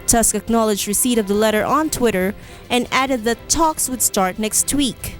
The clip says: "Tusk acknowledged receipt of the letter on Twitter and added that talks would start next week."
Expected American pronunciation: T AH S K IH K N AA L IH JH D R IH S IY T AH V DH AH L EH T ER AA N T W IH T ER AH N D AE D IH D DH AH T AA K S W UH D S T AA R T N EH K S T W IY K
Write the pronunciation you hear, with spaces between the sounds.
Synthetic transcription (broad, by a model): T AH S K IH K N AA L IH JH D R IH S IY T AH V DH AH L EH T ER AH N T W IH T ER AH N AE D IH D DH AH T AA K S W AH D S T AA R T N EH K S T W IY K